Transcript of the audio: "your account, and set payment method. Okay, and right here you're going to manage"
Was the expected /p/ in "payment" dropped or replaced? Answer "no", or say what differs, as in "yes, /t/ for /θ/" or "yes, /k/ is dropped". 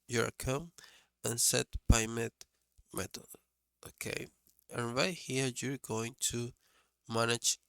yes, /b/ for /p/